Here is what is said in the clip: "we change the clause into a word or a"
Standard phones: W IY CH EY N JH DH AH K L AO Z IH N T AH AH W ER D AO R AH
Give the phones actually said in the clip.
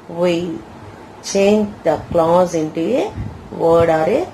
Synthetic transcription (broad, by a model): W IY CH EY N JH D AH K L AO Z IH N T AH AH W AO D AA R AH